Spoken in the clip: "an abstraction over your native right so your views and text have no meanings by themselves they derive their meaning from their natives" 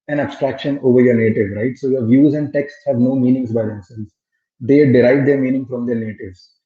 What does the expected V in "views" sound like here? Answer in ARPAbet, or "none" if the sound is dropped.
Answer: V